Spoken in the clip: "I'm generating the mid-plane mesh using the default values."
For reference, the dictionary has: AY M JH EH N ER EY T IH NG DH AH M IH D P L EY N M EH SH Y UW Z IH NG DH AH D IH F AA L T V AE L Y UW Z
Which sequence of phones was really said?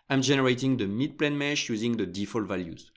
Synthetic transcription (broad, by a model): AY M JH EH N ER EY T IH NG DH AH M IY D P L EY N M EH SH Y UW Z IH NG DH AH D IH F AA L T V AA L Y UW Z